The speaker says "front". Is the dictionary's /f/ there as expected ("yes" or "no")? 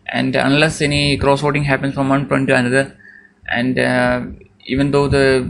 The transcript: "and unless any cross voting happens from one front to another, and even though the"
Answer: no